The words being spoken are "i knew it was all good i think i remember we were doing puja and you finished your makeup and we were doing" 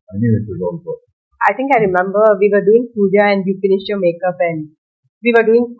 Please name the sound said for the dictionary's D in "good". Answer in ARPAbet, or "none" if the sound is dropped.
none